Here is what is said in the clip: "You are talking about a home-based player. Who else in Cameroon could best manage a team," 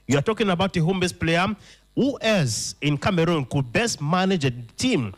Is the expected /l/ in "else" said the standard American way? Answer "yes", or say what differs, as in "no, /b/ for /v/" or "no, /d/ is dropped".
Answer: no, /l/ is dropped